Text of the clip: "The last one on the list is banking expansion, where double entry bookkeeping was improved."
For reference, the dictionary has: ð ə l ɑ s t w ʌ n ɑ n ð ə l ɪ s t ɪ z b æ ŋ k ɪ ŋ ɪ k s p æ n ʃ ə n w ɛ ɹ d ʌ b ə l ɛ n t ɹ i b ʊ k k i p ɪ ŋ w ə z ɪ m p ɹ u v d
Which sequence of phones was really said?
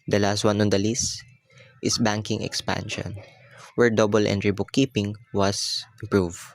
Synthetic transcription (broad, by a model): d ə l ɑ s t w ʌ n ɑ n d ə l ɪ s t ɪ s b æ ŋ k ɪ ŋ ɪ k s p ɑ n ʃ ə n w ɛ ɹ d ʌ b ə l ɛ n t ɹ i b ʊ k k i p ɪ ŋ w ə s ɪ m p ɹ u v